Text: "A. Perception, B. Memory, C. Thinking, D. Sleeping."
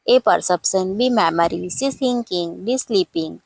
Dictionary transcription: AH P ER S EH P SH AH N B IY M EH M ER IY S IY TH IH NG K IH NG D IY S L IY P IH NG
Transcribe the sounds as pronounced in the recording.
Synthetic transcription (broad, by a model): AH P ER S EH P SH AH N B IY M EH M ER IY S IY S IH NG K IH NG D IY S L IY P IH NG